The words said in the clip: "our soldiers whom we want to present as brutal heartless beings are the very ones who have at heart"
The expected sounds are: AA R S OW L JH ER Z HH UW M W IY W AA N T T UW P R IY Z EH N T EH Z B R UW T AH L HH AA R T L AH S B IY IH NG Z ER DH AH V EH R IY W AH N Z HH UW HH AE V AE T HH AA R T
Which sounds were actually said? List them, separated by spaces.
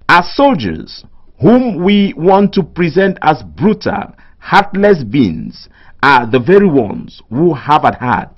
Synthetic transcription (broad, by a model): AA S OW L JH ER Z HH UW M W IY W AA N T T UW P R IY Z EH N T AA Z B R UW T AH HH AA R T L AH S B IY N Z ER DH AH V EH R IY W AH N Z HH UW HH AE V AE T HH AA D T